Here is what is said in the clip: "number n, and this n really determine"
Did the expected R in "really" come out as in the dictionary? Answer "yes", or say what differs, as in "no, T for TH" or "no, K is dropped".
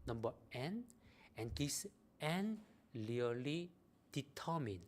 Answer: no, L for R